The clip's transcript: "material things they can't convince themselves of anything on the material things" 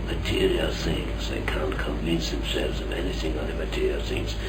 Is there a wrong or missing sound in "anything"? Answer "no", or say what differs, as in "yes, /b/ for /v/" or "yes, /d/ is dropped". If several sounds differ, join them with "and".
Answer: no